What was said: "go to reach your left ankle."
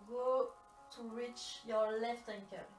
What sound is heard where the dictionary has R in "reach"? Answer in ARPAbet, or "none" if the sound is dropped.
R